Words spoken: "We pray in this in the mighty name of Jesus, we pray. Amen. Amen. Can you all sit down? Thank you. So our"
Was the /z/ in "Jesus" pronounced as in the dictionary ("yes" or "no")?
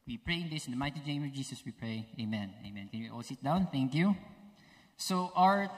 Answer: no